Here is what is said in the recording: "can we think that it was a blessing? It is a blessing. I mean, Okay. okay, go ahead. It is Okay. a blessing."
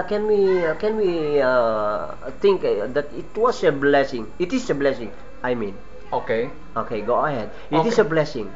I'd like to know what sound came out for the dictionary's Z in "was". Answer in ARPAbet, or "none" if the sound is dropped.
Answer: S